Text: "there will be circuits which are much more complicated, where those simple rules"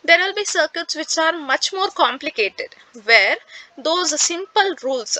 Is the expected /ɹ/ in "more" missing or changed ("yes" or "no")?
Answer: no